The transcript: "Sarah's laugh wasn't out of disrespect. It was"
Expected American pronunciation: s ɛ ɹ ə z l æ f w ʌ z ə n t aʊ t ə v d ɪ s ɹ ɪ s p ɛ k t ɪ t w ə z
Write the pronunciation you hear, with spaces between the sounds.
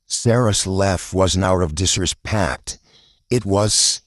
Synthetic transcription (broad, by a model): s ɛ ɹ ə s l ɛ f w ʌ z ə n aʊ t ə v d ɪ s ɹ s p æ k t ɪ t w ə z